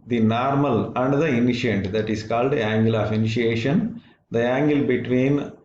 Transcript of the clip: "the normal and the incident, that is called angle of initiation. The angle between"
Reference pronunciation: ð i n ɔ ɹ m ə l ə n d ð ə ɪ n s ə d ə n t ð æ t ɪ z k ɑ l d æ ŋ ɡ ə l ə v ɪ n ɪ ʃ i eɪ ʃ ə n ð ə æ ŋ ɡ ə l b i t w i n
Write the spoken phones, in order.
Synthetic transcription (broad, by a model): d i n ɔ ɹ m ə l ə n d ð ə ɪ n ʃ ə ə n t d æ t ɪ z k ɑ l d æ ŋ ɡ ə l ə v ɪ n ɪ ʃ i eɪ ʃ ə n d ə æ ŋ ɡ ə l b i t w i n